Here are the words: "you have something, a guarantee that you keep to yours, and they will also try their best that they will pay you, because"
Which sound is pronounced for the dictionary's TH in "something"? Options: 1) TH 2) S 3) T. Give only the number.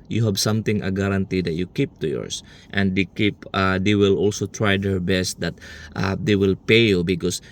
3